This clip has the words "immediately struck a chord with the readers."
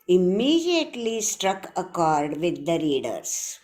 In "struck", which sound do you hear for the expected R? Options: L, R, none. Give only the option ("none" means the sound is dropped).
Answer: R